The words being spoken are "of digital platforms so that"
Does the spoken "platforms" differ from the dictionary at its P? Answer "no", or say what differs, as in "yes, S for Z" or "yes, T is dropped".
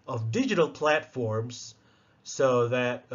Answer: no